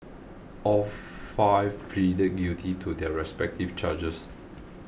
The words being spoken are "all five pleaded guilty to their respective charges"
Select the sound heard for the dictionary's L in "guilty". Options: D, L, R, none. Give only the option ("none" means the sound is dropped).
none